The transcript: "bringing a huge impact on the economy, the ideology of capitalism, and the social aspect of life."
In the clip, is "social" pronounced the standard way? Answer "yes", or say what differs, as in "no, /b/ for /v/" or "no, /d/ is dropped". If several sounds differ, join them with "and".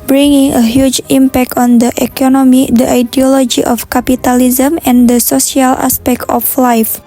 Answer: no, /s/ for /ʃ/